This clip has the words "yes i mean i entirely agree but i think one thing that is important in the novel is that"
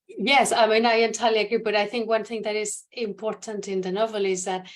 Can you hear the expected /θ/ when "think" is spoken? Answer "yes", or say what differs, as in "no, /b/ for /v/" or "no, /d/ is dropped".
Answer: yes